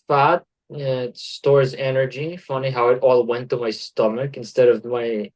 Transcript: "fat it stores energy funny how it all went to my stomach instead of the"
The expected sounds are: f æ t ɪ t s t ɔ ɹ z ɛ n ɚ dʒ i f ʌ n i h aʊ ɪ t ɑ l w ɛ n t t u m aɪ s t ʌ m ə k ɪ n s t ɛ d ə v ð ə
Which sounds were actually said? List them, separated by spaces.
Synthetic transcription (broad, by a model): f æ t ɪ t s t ɔ ɹ z ɛ n ɚ dʒ i f ʌ n i h aʊ ɪ t ɑ l w ɛ n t t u m aɪ s t ʌ m ə k ɪ n s t ɛ d ə v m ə